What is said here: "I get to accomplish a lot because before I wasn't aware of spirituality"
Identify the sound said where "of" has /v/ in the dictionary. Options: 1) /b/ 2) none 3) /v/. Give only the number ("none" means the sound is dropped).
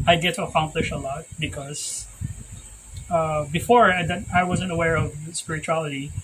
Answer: 3